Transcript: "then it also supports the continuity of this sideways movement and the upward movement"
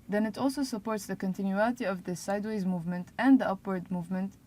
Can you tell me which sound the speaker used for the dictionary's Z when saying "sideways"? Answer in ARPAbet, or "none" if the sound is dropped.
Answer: Z